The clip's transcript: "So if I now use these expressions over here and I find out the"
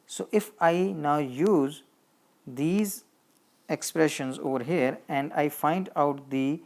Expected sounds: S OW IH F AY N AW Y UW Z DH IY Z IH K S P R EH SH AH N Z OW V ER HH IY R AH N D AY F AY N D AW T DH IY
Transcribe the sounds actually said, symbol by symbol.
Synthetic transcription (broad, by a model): S OW IH F AY N AW Y UW Z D IY Z IH K S P R EH SH AH N Z OW V ER HH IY R AH N D AY F AY N D AW T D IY